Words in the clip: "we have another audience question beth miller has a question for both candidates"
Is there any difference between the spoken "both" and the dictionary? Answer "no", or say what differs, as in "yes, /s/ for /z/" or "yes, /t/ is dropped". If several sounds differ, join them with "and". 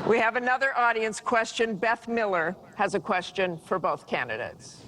no